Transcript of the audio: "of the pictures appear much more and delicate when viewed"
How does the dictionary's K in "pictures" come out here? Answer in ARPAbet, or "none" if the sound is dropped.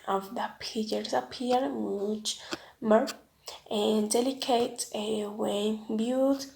none